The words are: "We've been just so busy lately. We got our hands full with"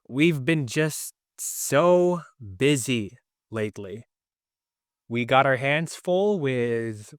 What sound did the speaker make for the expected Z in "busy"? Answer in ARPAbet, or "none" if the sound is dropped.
Z